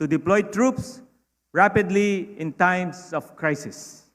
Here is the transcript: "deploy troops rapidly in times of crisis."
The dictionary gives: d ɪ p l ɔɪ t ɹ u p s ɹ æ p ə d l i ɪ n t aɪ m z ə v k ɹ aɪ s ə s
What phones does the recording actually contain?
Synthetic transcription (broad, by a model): d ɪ p l ɔɪ t ɹ u p s ɹ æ p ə d l i ɪ n t aɪ m s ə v k ɹ aɪ s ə s